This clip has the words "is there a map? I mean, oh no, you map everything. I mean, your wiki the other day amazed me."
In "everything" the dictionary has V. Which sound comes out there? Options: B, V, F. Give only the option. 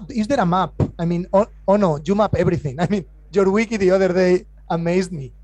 B